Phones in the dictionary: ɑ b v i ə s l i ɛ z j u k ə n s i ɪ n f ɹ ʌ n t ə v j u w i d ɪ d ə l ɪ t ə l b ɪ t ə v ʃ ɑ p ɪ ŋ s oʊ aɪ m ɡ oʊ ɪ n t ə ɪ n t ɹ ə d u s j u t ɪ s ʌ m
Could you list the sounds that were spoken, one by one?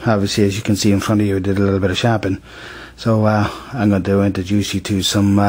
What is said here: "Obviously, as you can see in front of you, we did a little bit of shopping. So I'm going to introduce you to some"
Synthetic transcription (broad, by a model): ɑ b v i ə s l i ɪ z j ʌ k ə n s i ɪ n f ɹ ʌ n t ə v j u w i d ɪ d ə l ɪ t l b ɪ t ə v ʃ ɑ p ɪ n s oʊ aɪ m ɡ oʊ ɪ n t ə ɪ n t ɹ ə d u s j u t ɪ s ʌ m